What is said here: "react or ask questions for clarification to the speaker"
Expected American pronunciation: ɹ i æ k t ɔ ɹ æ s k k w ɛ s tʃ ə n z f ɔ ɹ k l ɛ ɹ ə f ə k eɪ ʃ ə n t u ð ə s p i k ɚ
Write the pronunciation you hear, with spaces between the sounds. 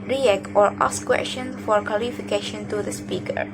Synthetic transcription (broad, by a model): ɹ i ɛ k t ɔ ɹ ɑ s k k w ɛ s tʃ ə n f ɔ ɹ k ɔ l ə f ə k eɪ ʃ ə n t u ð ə s p i k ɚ